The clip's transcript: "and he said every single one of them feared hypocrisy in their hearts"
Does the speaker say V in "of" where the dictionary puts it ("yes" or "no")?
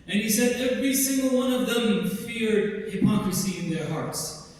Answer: yes